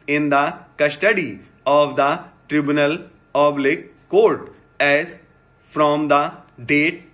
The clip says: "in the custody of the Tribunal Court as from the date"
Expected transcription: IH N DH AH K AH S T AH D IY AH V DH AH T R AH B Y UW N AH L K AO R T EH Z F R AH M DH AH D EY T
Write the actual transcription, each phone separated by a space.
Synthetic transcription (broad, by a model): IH N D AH K AH S T AH D IY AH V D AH T R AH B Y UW N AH L K AO R T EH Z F R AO M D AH D EY T